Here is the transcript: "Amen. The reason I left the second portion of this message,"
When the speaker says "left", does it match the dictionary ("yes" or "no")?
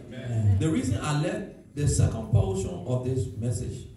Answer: no